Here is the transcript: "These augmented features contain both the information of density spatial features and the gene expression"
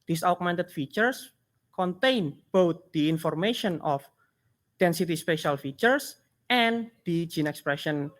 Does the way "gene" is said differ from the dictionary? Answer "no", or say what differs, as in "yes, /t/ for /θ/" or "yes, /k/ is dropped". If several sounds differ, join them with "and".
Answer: no